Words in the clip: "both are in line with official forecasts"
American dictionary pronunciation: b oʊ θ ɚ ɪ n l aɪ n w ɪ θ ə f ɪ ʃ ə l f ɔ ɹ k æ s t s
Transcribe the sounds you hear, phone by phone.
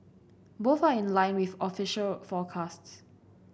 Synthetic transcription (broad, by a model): b oʊ θ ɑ ɪ n l aɪ n w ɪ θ ə f ɪ ʃ ə l f ɔ k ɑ s t s